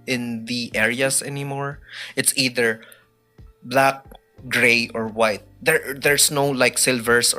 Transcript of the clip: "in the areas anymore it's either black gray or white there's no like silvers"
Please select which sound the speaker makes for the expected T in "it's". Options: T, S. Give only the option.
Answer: T